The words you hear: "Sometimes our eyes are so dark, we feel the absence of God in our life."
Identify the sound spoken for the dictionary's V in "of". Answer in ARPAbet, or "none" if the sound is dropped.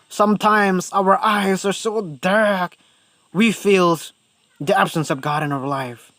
V